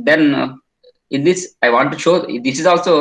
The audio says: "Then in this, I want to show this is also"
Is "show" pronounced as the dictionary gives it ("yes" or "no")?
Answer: yes